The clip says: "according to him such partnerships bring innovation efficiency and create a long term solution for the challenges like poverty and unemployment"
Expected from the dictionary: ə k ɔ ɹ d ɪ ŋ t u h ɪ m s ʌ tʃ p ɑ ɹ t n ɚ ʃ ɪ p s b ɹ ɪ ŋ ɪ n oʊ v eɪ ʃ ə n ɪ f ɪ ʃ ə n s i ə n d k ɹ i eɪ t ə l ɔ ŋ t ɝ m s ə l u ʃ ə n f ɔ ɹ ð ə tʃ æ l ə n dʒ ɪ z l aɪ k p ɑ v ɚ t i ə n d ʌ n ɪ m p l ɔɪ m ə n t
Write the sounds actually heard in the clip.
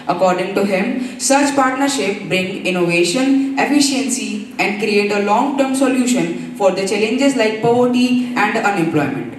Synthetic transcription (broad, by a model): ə k ɔ ɹ d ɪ ŋ t u h ɪ m s ʌ tʃ p ɑ ɹ t n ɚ ʃ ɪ p b ɹ ɪ ŋ ɪ n oʊ v eɪ ʃ ə n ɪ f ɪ ʃ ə n s i ə n d k ɹ i eɪ t ə l ɔ ŋ t ɝ m s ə l u ʃ ə n f ɔ ɹ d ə tʃ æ l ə n dʒ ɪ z l aɪ k p ɑ v ɚ t i ə n d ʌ n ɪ m p l ɔɪ m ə n t